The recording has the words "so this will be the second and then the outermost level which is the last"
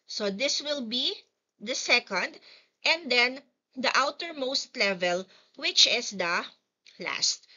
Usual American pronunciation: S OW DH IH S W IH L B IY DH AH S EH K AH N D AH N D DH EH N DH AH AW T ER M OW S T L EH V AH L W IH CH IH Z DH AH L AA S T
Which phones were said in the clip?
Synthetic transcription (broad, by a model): S OW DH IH S W IH L B IY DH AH S EH K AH N D AH N D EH N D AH AW T ER M OW S T L EH V AH L W IH CH IH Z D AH L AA S T